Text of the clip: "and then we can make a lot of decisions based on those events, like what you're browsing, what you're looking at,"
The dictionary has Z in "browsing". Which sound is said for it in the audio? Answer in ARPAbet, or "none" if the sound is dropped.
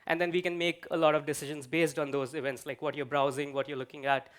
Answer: Z